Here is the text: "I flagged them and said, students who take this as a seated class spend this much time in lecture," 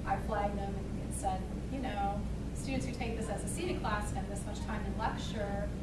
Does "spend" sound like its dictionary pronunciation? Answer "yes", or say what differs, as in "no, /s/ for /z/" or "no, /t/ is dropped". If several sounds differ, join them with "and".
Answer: no, /p/ is dropped